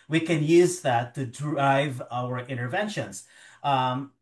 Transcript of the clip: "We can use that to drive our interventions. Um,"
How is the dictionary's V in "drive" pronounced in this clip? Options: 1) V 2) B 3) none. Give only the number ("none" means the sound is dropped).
1